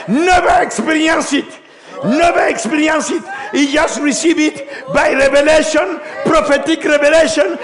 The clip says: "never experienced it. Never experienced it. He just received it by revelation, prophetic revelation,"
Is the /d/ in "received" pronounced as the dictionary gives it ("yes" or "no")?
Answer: no